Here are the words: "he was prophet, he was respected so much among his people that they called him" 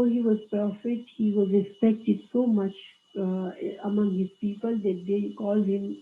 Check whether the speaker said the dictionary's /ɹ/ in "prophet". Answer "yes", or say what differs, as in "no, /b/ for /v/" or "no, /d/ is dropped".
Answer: no, /ɹ/ is dropped